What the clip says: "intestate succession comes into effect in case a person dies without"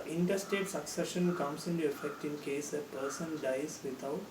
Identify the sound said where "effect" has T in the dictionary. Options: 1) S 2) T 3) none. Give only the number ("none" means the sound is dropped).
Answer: 2